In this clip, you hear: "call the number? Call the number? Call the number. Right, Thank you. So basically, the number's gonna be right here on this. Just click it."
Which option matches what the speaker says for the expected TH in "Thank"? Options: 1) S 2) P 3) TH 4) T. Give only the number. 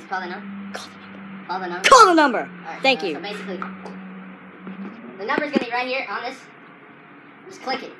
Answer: 3